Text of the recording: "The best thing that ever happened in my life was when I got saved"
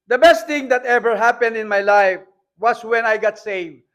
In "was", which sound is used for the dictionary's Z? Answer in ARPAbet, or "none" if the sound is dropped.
S